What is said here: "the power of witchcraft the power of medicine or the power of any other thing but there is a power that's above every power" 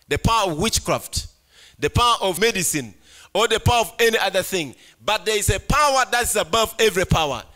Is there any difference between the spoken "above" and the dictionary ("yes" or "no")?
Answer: no